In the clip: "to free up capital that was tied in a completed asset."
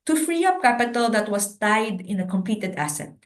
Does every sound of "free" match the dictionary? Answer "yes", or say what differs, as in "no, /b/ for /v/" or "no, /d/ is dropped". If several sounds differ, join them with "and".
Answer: yes